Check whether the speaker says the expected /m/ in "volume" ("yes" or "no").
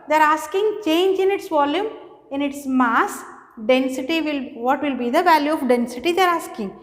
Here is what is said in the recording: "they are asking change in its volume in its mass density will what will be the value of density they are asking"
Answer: yes